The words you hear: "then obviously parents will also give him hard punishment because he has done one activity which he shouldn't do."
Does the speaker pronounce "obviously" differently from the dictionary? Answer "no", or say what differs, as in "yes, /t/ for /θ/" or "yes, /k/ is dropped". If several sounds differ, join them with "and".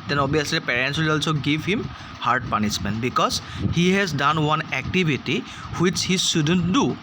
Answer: yes, /v/ is dropped